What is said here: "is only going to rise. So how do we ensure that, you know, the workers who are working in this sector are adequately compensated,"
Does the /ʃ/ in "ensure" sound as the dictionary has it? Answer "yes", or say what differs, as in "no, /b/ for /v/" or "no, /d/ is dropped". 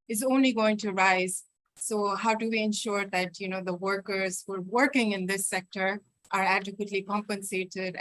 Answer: yes